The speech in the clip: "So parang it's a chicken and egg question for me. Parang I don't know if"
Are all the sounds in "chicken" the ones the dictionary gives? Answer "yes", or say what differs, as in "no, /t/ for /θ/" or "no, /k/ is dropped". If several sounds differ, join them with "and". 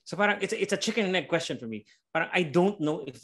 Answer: no, /s/ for /tʃ/